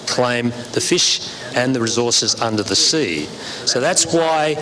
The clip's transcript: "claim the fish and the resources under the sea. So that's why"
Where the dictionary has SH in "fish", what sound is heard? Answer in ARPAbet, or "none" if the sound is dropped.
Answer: SH